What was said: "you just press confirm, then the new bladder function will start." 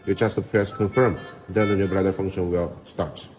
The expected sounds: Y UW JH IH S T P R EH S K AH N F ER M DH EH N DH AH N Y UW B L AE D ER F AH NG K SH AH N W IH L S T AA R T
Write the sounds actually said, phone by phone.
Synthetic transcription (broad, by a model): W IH CH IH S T P R EH S K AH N F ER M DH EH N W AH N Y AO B AA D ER F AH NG K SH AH N W IH L S T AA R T